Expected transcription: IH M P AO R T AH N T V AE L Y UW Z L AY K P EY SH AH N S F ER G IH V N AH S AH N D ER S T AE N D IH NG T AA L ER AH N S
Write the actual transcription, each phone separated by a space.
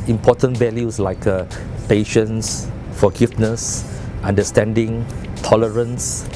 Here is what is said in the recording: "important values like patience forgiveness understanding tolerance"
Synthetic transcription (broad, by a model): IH M P AO T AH N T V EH L Y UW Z L AY K P EY SH AH N S F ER G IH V N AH S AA N D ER S T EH N D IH NG T AA L ER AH N S